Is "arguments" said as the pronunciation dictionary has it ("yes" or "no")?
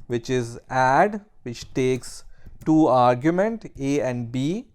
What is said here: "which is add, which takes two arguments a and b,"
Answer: no